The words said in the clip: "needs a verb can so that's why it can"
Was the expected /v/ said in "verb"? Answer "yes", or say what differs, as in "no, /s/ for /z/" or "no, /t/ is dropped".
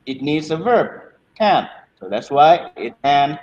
yes